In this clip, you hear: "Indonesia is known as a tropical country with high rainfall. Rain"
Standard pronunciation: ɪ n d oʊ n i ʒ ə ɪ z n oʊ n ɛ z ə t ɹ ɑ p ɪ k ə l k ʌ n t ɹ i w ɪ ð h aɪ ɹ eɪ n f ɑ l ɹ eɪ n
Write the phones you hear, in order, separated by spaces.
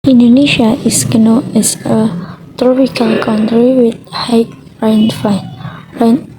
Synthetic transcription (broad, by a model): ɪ n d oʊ n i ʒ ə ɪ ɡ n oʊ n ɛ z ə t ɹ ɑ p ɪ k ə l k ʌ n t ɹ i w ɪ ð h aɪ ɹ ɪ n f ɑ n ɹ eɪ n